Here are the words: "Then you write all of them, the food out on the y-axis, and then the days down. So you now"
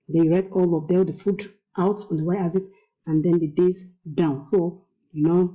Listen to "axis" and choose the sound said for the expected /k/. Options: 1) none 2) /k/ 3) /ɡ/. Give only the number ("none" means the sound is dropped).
1